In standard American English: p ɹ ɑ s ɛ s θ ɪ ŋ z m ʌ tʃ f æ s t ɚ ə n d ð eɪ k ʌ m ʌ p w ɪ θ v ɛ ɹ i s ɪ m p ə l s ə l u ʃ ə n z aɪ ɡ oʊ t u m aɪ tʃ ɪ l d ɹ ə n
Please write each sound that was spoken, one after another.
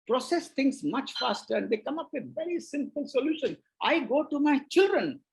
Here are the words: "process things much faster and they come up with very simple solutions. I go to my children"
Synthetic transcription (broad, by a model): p ɹ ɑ s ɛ s t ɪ ŋ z m ʌ tʃ f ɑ s t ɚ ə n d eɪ k ʌ m ʌ p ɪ v ɛ ɹ i s ɪ m p ə l s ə l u ʃ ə n aɪ ɡ oʊ t u m aɪ tʃ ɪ l d ɹ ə n